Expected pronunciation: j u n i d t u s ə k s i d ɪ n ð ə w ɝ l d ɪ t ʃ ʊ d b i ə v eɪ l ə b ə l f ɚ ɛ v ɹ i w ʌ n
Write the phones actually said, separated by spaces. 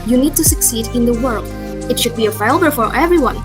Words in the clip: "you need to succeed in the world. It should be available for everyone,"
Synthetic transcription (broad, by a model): j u n i d t u s ə k s i d ɪ n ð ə w ɝ l d ɪ t ʃ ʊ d b i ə f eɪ l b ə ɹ f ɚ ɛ v ɹ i w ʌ n